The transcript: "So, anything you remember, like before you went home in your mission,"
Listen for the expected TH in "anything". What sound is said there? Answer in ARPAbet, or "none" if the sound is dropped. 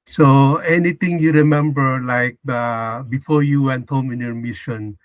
T